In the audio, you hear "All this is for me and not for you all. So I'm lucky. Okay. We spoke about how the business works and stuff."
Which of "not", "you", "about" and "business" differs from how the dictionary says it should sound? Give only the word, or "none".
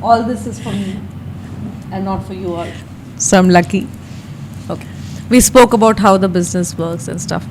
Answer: none